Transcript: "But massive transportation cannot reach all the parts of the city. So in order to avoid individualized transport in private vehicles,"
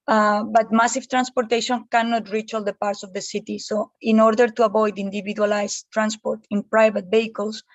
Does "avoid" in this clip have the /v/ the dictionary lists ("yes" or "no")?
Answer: no